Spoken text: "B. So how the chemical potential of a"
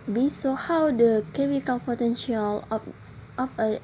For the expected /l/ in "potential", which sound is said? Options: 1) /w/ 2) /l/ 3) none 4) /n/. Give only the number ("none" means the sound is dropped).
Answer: 2